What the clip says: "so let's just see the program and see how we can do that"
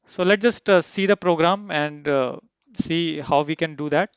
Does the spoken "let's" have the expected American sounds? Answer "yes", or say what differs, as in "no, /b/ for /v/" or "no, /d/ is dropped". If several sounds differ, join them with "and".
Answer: no, /s/ is dropped